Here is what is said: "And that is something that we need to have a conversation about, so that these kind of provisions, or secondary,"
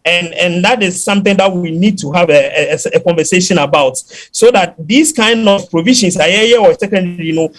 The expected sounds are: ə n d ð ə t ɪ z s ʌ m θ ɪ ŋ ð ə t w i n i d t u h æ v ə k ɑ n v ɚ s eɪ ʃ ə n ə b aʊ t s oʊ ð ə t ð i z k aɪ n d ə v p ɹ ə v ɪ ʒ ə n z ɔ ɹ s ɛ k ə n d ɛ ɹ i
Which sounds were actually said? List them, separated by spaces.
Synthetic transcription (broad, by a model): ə n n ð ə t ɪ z s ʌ m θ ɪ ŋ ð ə t w i n i d t u h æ v ə k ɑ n v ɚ s eɪ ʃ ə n ə b aʊ t s oʊ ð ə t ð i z k aɪ n d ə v p ɹ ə v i ʃ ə n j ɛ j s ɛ k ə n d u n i